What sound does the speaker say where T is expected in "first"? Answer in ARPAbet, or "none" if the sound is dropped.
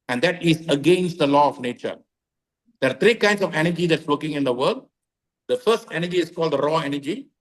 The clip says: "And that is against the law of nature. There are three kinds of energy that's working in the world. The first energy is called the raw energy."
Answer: T